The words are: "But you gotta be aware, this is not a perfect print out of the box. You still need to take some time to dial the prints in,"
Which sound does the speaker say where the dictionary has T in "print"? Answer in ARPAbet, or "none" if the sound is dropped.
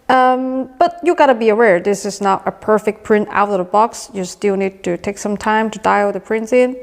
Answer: T